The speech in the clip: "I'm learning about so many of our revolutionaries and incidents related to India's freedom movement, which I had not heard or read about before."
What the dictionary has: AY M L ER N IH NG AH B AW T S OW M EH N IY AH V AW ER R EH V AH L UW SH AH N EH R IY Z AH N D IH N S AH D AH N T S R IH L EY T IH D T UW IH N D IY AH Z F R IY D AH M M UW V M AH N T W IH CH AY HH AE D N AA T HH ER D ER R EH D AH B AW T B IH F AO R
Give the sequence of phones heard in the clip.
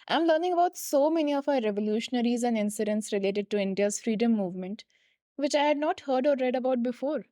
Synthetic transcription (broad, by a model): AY M L ER N IH NG AH B AW T S OW M EH N IY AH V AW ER R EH V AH L UW SH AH N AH R IY Z AH N D IH N S AH D AH N T S R IH L EY T IH D T UW IH N D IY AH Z F R IY D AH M M UW V M AH N T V IH CH AY HH AE D N AA T HH ER D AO R EH D AH B AW T B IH F AO R